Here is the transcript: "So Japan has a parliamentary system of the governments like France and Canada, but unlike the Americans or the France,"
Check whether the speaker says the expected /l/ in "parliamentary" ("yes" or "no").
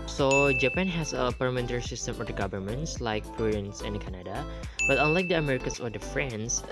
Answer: no